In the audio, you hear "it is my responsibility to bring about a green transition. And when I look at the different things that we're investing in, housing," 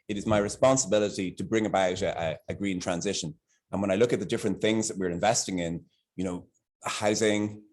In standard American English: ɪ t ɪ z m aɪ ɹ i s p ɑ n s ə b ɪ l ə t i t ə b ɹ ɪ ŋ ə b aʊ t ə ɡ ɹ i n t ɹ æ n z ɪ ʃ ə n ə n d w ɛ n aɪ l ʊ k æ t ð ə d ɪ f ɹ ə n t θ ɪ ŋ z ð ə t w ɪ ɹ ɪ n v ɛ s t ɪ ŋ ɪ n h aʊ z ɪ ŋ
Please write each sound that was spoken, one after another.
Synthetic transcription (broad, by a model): ɪ t ɪ z m aɪ ɹ i s p ɑ n s ə b ɪ l ə t i t ə b ɹ ɪ ŋ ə b aʊ t ə ɡ ɹ i n t ɹ æ n z ɪ ʃ ə n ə n w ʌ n aɪ l ʊ k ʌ t ð ə d ɪ f ɹ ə n θ ɪ ŋ z ð ə t w ɪ ɹ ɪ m v ɛ s t ɪ ŋ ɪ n h aʊ z ɪ ŋ